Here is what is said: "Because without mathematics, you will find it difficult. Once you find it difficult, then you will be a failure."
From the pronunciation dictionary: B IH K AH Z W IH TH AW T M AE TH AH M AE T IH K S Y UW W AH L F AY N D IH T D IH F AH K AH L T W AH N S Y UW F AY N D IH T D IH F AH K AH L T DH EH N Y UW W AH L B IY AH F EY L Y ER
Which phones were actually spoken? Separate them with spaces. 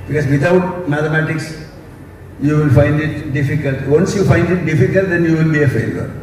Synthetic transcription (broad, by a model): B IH K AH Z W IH T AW T M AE T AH M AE T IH K S Y UW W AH L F AY N D IH T D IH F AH K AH L T W AH N S Y UW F AY N D IH T D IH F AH K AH L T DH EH N Y UW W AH L B IY AH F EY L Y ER